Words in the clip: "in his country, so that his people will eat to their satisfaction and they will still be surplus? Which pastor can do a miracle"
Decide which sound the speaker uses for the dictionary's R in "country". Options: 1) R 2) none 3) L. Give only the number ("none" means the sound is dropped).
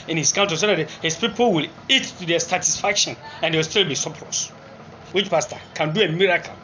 2